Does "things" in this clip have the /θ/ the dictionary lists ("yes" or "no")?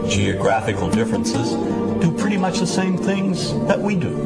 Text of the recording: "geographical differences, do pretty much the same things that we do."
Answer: yes